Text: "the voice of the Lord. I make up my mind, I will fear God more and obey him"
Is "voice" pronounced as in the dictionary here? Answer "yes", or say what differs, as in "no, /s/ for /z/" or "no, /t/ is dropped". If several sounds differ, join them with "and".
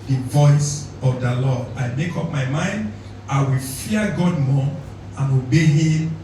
yes